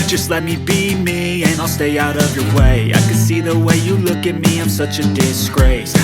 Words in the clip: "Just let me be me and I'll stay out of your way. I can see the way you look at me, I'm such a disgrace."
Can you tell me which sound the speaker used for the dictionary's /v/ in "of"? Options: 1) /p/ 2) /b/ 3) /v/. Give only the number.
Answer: 3